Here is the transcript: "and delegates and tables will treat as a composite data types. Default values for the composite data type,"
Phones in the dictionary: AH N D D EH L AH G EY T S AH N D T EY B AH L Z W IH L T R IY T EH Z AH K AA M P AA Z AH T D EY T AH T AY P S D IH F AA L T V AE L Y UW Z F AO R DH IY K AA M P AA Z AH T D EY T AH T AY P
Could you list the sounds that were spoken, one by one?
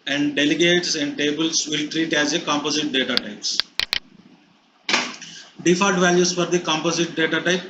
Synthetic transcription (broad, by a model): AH N D D EH L AH G EY T S AH N D T EY B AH L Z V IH L T R IY T EH Z AH K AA M P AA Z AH T D EY T AH T AY P S D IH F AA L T V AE L Y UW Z F AO R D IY K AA M P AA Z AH T D EY T AH T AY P